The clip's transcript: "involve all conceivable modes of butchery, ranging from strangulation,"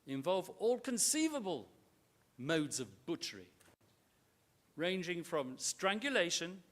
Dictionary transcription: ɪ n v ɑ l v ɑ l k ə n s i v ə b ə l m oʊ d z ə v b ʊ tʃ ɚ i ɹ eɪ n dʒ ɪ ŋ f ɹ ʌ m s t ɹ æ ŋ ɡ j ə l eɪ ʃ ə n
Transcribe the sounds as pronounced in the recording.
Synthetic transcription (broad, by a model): ɪ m v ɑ l v ɑ l k ə n s i v ə b ə l m oʊ d z ə v b ʊ tʃ ɚ i ɹ eɪ n dʒ ɪ ŋ f ɹ ʌ m s t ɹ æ ŋ ɡ j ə l eɪ ʃ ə n